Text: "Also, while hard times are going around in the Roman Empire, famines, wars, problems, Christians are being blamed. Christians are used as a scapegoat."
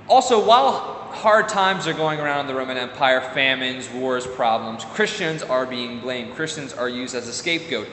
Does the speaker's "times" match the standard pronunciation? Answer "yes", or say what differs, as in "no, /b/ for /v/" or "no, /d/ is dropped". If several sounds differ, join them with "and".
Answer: yes